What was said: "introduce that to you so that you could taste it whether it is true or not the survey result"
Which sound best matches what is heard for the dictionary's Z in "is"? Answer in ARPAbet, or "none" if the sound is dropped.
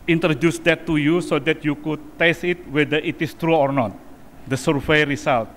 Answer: S